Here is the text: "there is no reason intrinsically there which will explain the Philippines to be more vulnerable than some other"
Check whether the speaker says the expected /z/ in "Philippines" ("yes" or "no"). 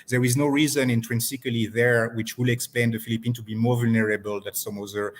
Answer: no